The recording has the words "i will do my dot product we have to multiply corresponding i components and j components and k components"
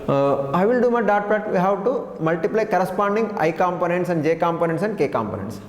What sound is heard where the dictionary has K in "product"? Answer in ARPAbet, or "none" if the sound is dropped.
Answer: none